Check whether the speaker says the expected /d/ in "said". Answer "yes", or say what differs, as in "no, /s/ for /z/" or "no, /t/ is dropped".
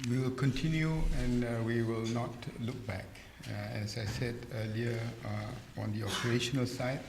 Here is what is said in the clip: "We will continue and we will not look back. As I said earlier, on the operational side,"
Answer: yes